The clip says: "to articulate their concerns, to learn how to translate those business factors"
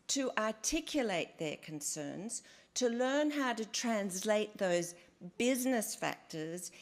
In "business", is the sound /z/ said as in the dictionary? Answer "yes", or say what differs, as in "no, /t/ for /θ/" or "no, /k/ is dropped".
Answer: yes